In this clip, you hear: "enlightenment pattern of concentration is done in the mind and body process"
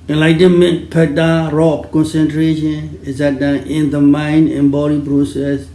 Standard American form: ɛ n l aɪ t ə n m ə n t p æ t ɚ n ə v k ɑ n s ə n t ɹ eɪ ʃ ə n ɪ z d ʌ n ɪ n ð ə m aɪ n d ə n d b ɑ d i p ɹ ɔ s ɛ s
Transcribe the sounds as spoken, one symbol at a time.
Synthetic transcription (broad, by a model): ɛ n l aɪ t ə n m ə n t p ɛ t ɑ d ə p k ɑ n s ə n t ɹ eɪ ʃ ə n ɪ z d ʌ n ɪ n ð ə m aɪ n d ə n b ɑ d i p ɹ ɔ s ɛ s